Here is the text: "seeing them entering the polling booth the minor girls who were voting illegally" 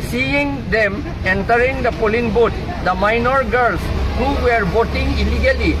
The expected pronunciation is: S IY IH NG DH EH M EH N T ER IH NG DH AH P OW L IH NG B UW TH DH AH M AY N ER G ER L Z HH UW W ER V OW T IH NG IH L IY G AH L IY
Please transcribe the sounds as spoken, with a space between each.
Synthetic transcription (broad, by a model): S IY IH NG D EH M EH N T ER IH NG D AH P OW L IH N B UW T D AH M AY N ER G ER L S HH UW W ER B OW T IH NG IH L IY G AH L IY